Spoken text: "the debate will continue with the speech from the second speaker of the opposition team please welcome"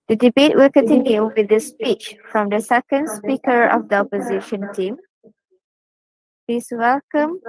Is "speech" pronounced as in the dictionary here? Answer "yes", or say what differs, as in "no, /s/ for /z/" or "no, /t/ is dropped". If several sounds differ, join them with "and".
yes